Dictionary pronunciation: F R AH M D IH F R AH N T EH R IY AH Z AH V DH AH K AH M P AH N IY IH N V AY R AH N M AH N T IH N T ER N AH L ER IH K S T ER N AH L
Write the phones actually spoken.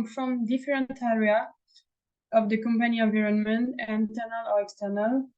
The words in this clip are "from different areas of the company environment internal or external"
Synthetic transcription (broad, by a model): F R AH M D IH F R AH N T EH R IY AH AH V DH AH K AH M P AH N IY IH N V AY R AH N M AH N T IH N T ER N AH L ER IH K S T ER N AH L